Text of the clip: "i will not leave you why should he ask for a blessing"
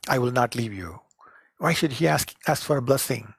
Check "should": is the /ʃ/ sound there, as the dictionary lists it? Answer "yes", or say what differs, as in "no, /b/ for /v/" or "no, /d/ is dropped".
yes